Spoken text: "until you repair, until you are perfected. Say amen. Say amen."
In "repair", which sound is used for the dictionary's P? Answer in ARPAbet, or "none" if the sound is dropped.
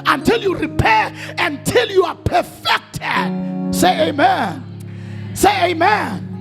P